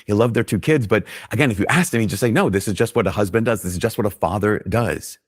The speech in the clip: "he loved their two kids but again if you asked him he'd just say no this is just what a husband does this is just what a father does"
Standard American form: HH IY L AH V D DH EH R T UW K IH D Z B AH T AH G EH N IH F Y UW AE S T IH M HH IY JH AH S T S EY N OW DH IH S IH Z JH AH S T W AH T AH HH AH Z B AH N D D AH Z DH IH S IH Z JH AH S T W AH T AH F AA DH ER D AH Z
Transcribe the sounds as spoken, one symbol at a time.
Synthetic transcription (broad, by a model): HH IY L AH V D DH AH R T UW K IH D Z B AH T AH G EH N IH F Y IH AE S T IH M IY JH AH S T S EY N OW DH IH S IH Z JH AH S T W AH T AH HH AH Z B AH N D D AH Z DH IH S IH Z JH AH S T W AH T AH F AA DH ER D AH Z